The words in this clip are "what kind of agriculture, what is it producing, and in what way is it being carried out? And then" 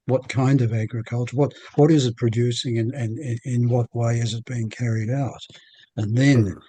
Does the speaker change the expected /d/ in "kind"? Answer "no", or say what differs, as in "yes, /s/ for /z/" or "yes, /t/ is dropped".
no